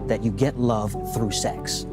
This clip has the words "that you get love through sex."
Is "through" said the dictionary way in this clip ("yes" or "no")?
yes